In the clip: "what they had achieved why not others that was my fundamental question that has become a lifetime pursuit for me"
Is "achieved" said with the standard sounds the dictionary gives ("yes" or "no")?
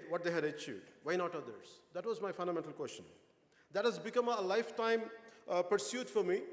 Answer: no